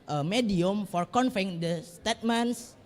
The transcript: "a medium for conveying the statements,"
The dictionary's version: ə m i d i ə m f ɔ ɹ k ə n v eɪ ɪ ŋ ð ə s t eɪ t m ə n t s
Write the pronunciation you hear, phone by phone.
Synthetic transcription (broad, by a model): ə m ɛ d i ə m f ɔ ɹ k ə n f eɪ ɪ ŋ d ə s t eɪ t m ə n s